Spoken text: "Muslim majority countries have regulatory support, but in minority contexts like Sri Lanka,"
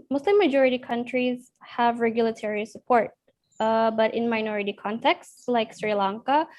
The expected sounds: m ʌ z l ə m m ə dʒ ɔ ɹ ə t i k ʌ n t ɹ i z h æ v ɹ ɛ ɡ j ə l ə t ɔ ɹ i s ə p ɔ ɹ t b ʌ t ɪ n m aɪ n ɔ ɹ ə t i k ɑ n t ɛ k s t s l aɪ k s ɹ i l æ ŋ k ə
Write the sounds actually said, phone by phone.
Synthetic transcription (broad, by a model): m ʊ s l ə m m ə dʒ ɔ ɹ ə t i k ʌ n t ɹ i z h æ v ɹ ɛ ɡ j ə l ə t ɔ ɹ i s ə p ɔ ɹ t b ʌ t ɪ n m aɪ n ɔ ɹ ə t i k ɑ n t ɛ k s s l aɪ k s ɹ i l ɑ ŋ k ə